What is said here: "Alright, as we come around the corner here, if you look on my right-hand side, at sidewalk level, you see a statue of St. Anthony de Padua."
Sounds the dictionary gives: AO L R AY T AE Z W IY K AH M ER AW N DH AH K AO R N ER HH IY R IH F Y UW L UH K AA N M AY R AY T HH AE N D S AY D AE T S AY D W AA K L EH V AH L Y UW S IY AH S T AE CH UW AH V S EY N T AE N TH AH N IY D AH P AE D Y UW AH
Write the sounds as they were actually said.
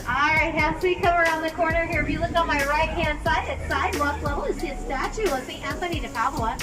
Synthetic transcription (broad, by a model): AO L R AY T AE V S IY K AH M ER AW N DH AH K AO R N ER HH IY R IH F Y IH L UH K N M AY R AY T HH AE N D S AY D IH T S AY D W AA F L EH AH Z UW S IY AH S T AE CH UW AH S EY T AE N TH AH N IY D AH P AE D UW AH